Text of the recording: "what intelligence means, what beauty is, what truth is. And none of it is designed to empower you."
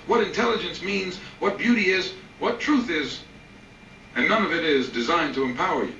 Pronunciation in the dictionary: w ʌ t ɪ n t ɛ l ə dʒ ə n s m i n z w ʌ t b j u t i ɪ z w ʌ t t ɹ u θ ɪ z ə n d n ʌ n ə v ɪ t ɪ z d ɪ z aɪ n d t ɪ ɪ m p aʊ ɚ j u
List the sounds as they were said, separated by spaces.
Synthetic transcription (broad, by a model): w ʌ t ɪ n t ɛ l ə dʒ ə n s m i n z w ʌ t b j u t i ɪ z w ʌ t t ɹ u θ ɪ z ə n n ʌ n ə v ɪ t ɪ z d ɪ z aɪ n t ɪ ɪ m p aʊ ɚ j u